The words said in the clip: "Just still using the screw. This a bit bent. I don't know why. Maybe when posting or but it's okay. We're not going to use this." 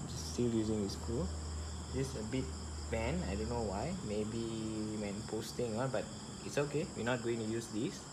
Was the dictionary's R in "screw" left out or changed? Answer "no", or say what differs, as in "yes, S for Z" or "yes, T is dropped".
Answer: yes, R is dropped